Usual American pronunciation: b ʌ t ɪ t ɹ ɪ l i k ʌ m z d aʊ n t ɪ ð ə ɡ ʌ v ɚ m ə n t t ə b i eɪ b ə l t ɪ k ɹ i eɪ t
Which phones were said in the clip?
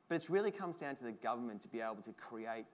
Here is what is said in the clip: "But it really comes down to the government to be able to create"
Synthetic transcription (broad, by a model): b ʌ t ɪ t ɹ ɪ l i k ʌ m z d aʊ n t ɪ ð ə ɡ ʌ v ɚ m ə n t t ə b i eɪ b l t ɪ k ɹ i eɪ t